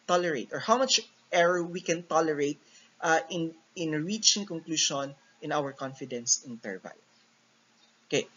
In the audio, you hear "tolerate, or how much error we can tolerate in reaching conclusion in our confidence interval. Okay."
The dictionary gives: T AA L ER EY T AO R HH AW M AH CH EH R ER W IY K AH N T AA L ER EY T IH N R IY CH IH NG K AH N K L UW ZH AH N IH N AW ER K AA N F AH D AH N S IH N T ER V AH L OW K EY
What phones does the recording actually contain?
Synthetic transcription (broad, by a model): T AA L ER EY T AO R HH AW M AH CH EH R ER W IY K AH N T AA L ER EY T IH N R IY CH IH NG K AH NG K L UW SH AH N IH N AW ER K AA N F AH D AH N S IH N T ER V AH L OW K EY